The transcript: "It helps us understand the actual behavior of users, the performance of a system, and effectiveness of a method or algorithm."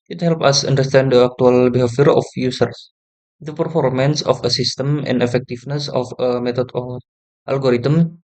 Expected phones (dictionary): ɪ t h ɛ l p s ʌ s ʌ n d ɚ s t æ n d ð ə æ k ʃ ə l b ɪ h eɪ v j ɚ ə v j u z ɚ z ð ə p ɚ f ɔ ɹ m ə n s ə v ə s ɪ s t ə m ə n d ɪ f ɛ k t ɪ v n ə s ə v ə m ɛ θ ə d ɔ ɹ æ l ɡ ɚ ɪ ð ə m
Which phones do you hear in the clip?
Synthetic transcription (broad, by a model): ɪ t h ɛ l p ʌ s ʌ n d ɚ s t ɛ n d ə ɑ k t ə l b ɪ h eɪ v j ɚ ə f j u s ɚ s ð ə p ɚ f ɔ ɹ m ə n s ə f ə s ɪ s t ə m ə n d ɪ f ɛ k t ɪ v n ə s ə f ə m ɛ t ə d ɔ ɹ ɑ l ɡ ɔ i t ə m